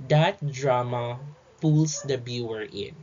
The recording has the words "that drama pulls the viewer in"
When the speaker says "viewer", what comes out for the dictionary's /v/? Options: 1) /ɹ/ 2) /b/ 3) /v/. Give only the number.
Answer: 2